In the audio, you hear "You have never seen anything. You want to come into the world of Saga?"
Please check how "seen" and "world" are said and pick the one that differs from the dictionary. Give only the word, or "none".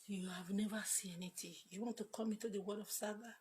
world